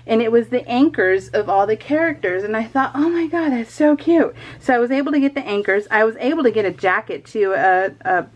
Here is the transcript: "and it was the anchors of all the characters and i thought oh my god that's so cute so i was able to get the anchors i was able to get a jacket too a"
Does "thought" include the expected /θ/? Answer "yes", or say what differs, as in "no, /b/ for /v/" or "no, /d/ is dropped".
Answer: yes